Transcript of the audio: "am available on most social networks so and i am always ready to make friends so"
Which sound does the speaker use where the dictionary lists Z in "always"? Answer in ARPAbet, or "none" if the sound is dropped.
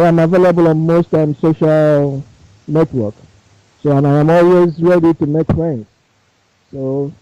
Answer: Z